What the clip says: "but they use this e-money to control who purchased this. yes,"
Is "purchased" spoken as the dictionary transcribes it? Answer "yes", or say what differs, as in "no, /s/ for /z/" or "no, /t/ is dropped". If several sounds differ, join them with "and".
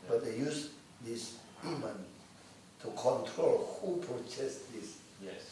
no, /s/ is dropped